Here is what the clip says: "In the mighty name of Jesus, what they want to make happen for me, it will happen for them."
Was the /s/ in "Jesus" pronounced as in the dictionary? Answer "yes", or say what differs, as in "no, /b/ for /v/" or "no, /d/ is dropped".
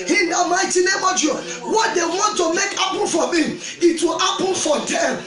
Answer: no, /s/ is dropped